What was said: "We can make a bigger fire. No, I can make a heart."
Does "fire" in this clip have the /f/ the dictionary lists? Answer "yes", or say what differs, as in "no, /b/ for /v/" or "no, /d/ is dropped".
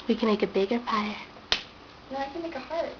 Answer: no, /p/ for /f/